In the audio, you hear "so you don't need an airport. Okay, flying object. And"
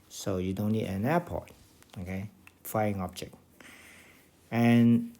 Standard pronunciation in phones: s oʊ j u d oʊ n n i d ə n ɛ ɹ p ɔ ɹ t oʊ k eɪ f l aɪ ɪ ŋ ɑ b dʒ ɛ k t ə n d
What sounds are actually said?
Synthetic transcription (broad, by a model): s oʊ j u d oʊ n n i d ə n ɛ p ɔ t oʊ k eɪ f aɪ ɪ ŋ ɑ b dʒ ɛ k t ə n